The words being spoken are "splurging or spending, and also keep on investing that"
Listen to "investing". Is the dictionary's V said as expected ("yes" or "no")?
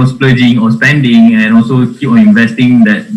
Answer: yes